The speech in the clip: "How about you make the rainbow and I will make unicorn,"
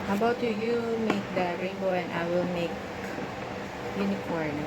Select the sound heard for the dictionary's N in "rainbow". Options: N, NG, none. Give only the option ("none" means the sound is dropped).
none